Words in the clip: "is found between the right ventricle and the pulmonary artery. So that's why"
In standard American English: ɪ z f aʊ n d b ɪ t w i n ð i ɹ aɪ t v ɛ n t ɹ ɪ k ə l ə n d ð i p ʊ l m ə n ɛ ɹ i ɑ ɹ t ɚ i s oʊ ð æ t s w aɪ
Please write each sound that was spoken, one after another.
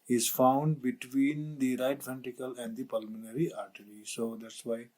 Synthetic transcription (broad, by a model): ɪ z f aʊ n d b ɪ t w i n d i ɹ aɪ t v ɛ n t ɪ k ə l ə n d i p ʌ l m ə n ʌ ɹ i ɑ ɹ t ɚ i s oʊ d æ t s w aɪ